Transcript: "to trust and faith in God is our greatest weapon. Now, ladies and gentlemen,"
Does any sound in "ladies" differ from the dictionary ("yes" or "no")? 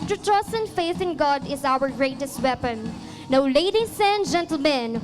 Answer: yes